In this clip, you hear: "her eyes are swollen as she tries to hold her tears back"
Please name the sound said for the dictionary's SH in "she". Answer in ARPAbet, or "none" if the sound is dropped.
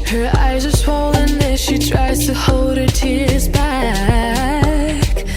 SH